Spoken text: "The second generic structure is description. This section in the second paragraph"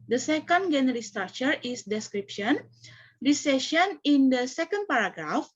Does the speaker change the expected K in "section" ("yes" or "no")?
yes